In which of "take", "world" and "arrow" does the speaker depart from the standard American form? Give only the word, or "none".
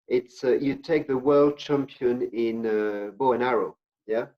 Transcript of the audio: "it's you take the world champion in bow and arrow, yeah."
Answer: none